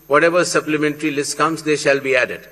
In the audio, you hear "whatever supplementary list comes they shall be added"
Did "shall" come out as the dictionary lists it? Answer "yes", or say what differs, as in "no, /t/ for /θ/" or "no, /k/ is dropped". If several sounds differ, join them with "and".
yes